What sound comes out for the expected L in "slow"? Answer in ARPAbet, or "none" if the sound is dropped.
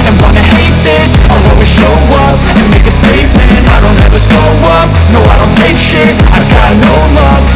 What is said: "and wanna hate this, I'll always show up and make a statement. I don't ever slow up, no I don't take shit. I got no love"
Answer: none